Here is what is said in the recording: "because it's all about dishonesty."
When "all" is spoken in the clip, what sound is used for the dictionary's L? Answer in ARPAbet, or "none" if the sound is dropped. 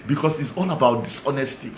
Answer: N